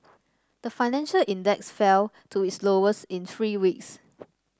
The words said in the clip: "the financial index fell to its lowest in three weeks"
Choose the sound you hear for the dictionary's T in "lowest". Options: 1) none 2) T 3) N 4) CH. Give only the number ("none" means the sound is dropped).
1